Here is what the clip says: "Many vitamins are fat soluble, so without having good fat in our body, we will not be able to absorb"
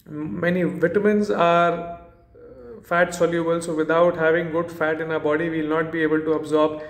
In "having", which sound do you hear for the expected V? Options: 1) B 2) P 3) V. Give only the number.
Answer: 3